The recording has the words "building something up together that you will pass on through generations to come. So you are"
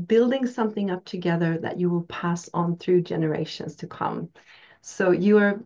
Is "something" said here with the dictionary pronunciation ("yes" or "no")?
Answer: yes